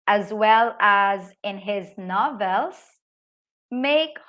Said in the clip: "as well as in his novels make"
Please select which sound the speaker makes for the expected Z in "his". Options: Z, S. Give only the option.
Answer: Z